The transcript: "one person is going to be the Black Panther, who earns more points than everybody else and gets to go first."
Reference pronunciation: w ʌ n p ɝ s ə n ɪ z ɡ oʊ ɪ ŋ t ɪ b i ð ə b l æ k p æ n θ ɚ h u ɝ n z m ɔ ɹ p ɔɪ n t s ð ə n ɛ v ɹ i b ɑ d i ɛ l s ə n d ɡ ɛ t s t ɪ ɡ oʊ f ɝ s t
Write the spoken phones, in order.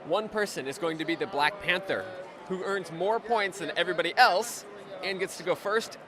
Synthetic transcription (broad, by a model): w ʌ n p ɝ s ə n ɪ z ɡ oʊ ɪ ŋ t ɪ b i ð ə b l æ k p æ n θ ɚ h u ɝ n z m ɔ ɹ p ɔɪ n t s ð ə n ɛ v ɹ i b ɑ d i ɛ l s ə n ɡ ɛ t s t ɪ ɡ oʊ f ɝ s t